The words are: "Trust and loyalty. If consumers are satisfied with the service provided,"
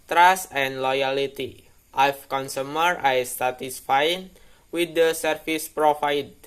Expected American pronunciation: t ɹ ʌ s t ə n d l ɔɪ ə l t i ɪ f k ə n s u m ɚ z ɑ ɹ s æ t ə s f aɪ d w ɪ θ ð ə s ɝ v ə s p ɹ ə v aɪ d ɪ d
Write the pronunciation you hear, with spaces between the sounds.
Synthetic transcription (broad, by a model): t ɹ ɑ s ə n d l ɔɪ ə l t i ɪ f k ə n s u m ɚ ɑ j s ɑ t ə s f aɪ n w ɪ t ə s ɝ f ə s p ɹ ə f aɪ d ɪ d